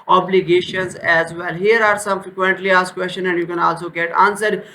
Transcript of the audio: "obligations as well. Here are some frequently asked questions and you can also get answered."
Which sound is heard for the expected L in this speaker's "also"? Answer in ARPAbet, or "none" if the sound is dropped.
L